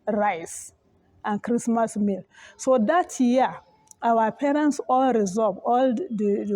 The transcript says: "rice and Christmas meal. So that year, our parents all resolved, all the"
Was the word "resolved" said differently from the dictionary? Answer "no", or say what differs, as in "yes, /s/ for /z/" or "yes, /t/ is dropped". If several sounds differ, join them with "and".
yes, /d/ is dropped